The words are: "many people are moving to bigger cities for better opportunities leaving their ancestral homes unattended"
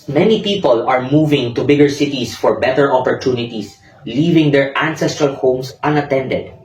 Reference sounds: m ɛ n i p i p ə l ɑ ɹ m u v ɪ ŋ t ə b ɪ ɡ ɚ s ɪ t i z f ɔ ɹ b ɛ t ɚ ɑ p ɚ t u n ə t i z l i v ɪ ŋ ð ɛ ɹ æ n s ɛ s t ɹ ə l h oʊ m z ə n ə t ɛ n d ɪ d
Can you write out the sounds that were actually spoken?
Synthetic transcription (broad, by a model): m ɛ n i p i p ə l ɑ ɹ m u v ɪ ŋ t ə b ɪ ɡ ɚ s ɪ t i s f ɔ ɹ b ɛ t ɚ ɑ p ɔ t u n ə t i s l i v ɪ ŋ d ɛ ɹ æ n s ɛ s t ɹ ə l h oʊ m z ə n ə t ɛ n d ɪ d